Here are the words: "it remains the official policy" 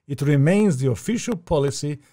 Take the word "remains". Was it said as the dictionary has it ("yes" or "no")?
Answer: yes